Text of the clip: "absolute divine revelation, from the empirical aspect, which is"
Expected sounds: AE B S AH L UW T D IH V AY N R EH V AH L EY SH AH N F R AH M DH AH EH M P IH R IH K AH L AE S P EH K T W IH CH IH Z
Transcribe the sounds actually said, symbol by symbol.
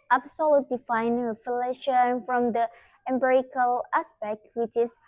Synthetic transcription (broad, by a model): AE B S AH L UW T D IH F AY N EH F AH L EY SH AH N F R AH M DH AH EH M B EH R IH K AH L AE S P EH K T W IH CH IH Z